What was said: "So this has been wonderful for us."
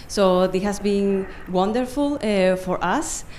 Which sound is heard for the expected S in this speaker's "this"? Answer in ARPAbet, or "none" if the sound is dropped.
none